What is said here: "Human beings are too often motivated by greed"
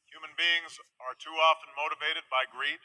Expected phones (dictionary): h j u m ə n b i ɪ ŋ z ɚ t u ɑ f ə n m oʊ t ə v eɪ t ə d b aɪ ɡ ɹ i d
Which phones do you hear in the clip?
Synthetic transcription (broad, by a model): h j u m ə n b i ɪ ŋ z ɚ t u ɑ f ə n m oʊ t ə v eɪ t ə d b aɪ ɡ ɹ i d